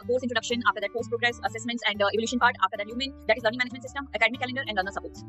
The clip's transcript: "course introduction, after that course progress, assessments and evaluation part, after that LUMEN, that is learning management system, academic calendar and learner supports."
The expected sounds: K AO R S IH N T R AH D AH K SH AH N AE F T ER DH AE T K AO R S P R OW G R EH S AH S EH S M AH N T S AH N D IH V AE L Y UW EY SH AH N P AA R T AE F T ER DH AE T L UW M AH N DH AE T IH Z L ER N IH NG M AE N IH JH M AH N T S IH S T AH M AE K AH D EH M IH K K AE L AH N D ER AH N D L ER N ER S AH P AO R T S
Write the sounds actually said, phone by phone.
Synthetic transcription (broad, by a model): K AO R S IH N T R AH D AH K SH AH N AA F T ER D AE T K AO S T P R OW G R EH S AH S EH S M AH N T S AH N D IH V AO L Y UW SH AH N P AA R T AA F T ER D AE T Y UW M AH N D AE T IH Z L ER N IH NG M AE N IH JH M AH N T S IH S T AH M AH K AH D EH M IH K K AE L AH N D ER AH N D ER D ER S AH P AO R T S